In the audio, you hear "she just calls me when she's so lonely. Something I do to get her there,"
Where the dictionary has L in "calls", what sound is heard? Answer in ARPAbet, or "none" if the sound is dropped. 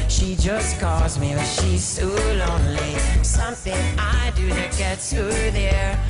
L